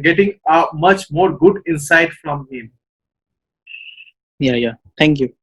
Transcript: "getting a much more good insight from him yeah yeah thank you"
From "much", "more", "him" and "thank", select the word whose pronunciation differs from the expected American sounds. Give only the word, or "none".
thank